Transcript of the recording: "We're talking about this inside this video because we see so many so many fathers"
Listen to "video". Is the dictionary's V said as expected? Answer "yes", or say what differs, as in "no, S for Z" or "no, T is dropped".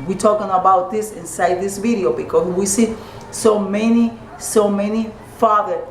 yes